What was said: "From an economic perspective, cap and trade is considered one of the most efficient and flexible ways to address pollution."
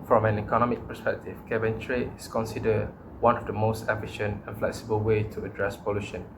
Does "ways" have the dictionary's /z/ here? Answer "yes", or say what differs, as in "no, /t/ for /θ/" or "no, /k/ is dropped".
no, /z/ is dropped